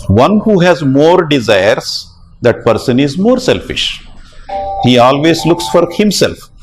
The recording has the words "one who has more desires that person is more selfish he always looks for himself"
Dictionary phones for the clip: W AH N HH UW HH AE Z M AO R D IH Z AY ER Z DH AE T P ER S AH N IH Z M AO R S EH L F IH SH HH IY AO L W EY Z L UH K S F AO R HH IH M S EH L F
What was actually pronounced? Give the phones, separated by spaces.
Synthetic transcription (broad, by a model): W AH N HH UW HH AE Z M AO R D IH Z AY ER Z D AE T P ER S AH N IH Z M AO R S EH L F IH SH HH IY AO L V EY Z L UH K S F AO R HH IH M S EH L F